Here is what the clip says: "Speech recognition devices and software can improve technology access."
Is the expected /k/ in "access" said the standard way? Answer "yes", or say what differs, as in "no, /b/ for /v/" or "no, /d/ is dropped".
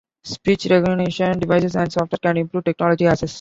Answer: no, /k/ is dropped